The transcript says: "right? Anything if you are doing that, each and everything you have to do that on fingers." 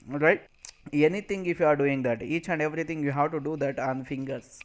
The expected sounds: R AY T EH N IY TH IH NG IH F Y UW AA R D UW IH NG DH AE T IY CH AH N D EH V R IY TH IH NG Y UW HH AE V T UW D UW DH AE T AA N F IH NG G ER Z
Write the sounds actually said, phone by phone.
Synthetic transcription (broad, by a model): R AY T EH N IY T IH NG IH F Y UW AA R D UW IH NG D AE T IY CH AH N D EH V R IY T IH NG Y UW HH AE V T UW D UW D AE T AA N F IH NG G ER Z